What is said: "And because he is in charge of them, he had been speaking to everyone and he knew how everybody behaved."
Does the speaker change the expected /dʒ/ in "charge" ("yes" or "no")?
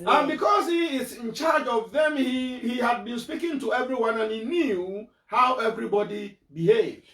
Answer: no